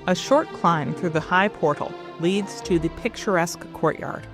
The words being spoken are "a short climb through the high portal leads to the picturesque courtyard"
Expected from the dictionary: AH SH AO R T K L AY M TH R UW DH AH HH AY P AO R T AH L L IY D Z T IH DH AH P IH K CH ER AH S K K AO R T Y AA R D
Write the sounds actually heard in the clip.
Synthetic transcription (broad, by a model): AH SH AO R T K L AY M TH R UW DH AH HH AY P AO R T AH L L IY D Z T IH DH AH P IH K CH ER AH S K K AO R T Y AA R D